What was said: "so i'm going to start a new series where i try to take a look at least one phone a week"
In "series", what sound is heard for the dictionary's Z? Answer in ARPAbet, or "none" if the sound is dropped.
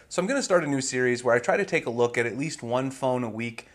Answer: Z